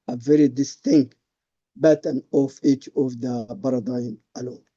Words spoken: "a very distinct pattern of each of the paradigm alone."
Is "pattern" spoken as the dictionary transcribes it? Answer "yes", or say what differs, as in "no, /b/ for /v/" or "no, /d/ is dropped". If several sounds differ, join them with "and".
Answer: no, /b/ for /p/